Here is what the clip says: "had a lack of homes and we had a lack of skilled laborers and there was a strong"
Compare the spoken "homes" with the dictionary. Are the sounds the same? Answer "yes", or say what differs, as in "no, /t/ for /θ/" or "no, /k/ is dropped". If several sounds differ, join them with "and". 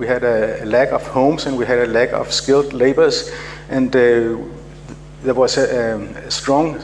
no, /s/ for /z/